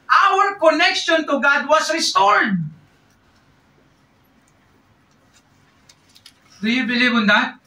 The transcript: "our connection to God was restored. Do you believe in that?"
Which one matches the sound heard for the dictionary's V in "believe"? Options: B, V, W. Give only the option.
B